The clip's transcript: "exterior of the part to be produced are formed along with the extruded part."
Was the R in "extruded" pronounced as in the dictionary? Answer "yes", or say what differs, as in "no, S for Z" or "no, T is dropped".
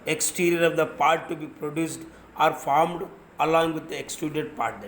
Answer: no, R is dropped